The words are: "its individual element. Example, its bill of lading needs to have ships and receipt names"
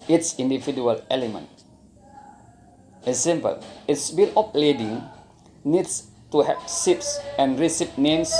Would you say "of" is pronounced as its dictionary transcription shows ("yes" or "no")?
no